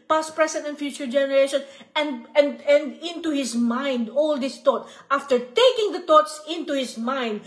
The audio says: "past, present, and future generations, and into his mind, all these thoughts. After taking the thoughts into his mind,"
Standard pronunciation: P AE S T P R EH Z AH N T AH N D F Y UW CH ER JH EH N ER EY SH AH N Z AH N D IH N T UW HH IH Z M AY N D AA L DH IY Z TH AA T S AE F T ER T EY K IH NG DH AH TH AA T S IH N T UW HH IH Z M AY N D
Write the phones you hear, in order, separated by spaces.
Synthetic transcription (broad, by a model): P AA S P R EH S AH N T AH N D F Y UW CH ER JH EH N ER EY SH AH N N AH N D IH N T UW HH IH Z M AY N D AA L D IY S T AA T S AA F T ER T EY K IH NG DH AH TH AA T S IH N T UW HH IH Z M AY N D